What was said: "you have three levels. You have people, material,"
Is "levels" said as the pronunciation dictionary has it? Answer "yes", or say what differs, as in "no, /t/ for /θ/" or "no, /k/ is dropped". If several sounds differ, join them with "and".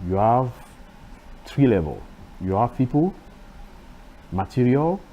no, /z/ is dropped